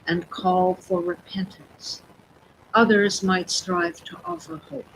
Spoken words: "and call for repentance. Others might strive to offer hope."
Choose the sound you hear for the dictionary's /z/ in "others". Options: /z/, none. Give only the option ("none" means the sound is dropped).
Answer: /z/